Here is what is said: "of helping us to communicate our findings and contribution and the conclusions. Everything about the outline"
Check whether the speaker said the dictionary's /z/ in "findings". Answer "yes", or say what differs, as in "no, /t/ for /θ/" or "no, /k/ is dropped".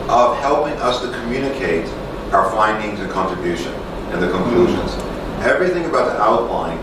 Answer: yes